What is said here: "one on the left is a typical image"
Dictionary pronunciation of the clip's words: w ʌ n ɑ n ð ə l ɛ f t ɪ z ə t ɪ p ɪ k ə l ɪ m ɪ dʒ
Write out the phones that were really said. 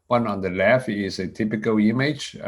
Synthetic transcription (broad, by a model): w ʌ n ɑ n ð ə l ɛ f ɪ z ə t ɪ p ɪ k ə l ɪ m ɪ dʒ